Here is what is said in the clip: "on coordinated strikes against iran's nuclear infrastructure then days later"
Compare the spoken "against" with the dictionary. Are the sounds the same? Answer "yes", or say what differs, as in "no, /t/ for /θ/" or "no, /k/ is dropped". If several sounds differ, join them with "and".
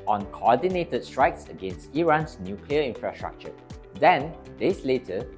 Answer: yes